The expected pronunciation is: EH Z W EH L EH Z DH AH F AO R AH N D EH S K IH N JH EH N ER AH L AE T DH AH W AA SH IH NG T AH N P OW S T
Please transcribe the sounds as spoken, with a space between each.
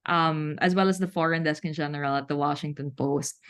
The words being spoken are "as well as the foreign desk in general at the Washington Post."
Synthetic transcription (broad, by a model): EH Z W EH L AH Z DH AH F AO R AH N D EH S K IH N JH EH N ER AH L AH T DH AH W AA SH IH NG T AH N P OW S T